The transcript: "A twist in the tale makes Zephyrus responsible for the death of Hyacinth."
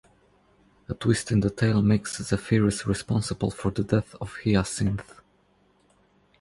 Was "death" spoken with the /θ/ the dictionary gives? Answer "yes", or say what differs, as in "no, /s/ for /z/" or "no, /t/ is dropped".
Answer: yes